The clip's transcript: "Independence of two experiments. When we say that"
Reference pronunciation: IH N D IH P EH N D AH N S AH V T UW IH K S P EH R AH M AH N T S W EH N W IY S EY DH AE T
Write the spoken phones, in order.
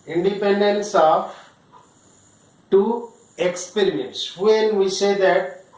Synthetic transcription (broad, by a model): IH N D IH P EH N D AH N S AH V T UW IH K S P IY R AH AH N S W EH N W IY S EY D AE T